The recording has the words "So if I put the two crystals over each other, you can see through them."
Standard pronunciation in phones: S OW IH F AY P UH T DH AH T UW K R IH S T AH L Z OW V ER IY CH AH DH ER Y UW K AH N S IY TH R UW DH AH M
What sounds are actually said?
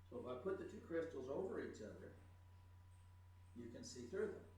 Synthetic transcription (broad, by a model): S OW IH F AY P UH T DH AH T UW K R IH S T L Z OW V ER IY CH AH DH ER Y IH K AH N S IY TH R UW DH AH M